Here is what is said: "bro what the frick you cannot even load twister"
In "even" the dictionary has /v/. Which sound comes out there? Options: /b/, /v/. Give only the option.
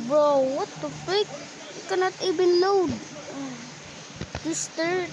/b/